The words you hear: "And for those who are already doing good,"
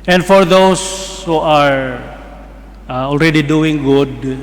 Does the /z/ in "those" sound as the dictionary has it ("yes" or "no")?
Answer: no